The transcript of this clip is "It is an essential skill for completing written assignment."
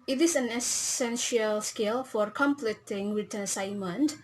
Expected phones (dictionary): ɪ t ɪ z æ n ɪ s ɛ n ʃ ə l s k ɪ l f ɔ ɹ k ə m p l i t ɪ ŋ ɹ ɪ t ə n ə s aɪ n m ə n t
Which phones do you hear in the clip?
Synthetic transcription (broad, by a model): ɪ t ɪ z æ n ɪ s ɛ n ʃ ə l s k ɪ l f ɔ ɹ k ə m p l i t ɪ ŋ w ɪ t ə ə s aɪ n m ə n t